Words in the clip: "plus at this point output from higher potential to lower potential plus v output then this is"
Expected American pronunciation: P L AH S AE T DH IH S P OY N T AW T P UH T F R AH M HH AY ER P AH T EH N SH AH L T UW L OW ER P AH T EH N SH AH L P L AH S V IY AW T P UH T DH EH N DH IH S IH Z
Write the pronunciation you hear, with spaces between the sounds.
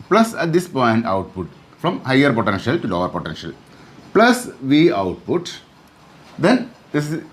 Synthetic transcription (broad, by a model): P L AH S AE T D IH S P OY N T AW T P UH T F R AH M HH AY ER P AH T EH N SH AH L T UW L OW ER P AH T EH N SH AH L P L AH S V IY AW T P UH T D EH N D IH S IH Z